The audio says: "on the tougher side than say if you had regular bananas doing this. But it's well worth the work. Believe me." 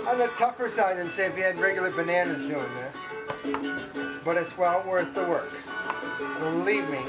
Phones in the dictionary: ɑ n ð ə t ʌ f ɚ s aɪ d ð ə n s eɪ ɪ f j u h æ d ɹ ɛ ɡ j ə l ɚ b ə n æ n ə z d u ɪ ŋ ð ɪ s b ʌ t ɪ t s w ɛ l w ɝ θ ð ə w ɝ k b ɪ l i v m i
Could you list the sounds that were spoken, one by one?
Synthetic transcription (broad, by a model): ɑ n ð ə t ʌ p ɚ s aɪ d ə n s eɪ ɪ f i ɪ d ɹ ɛ ɡ j l ɚ b ə n æ n ə z d u ɪ ŋ ð ɪ s b ʌ t ɪ t s w ɛ l w ɝ θ ð ə w ɝ k b ɪ l i v m i